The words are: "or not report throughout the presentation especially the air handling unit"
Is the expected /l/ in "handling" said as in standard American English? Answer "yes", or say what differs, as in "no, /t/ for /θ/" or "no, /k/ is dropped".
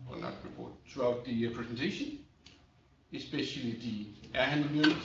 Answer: no, /l/ is dropped